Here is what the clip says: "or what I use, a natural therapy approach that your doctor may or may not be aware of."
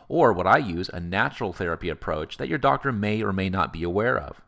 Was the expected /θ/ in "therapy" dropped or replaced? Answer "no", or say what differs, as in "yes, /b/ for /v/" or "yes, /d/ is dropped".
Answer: no